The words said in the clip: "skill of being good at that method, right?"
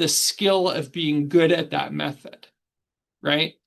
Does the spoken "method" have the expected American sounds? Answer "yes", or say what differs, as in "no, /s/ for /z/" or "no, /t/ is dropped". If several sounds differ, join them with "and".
yes